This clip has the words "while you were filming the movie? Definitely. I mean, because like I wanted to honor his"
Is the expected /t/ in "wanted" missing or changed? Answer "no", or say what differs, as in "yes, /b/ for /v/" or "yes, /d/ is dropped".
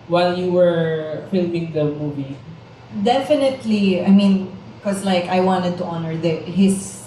no